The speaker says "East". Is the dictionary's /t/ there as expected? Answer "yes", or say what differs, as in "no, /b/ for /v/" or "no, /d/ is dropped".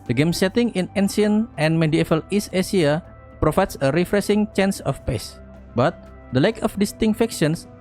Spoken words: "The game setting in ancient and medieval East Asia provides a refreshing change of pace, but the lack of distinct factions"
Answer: no, /t/ is dropped